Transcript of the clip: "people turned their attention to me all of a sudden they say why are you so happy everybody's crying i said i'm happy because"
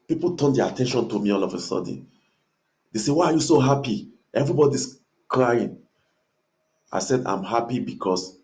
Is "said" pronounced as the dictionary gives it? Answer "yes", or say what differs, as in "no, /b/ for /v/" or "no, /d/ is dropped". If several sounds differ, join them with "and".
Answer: yes